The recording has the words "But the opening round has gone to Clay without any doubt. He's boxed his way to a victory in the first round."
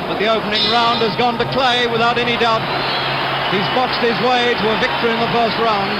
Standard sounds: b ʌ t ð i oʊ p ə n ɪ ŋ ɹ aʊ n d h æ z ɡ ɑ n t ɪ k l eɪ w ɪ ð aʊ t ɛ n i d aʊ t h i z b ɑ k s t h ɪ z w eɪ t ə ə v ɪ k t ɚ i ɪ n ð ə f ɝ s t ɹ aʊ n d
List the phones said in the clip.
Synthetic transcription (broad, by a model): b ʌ t ð i oʊ p ə n ɪ ŋ ɹ aʊ n d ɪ z ɡ ɑ n t ɪ k l eɪ w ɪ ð aʊ t ɛ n i d aʊ t h i z b ɑ k s t h ɪ z w eɪ t ə ə v ɪ k t ɚ i ɪ n ð ə f ɝ s t ɹ aʊ n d